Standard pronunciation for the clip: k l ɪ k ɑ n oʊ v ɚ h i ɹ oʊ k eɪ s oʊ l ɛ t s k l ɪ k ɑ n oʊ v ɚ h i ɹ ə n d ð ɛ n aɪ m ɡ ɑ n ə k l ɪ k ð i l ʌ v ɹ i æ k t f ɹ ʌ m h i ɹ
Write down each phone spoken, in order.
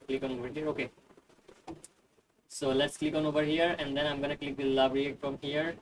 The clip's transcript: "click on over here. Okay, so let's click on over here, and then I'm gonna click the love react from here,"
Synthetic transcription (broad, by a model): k l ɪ k ɑ n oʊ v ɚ h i ɹ oʊ k eɪ s oʊ l ɛ t s k l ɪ k ɑ n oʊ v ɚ h i ɹ ə n d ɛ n aɪ m ɡ ɑ n ə k l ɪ k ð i l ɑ b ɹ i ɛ t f ɹ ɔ m h i ɹ